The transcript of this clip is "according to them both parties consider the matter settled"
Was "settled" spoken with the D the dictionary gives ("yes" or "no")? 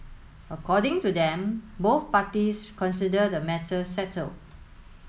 no